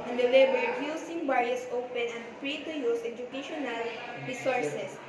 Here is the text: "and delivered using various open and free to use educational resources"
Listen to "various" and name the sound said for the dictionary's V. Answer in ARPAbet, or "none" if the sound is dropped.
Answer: B